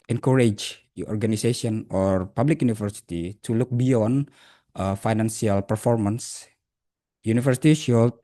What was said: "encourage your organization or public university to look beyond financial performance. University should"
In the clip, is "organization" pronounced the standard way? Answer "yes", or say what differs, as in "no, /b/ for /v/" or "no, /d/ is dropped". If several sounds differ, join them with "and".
no, /s/ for /z/